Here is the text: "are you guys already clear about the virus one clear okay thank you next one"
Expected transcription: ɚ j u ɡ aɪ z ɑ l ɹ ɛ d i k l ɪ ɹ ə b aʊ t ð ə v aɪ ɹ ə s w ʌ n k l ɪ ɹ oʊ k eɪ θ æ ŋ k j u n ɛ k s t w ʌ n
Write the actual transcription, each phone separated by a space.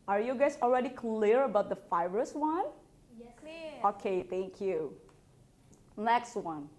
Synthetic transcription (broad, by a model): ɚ j u ɡ aɪ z ɑ l ɹ ɛ d i k l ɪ ɹ ə b aʊ t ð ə f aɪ ɹ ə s w ʌ n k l oʊ k eɪ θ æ ŋ k j u n ɛ k s t w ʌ n